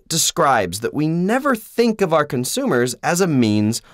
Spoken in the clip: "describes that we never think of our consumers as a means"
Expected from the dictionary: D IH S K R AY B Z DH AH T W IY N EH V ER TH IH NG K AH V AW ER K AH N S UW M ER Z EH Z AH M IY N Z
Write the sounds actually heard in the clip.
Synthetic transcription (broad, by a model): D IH S K R AY B Z DH AH T W IY N EH V ER TH IH NG K AH V AW ER K AH N S UW M ER Z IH Z AH M IY N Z